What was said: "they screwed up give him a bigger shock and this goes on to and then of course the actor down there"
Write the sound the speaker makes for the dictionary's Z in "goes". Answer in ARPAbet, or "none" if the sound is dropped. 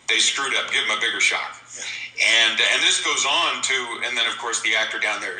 Z